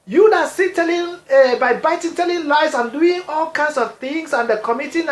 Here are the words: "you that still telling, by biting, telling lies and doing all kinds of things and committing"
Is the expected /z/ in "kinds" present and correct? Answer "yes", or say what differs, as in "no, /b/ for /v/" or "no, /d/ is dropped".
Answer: no, /s/ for /z/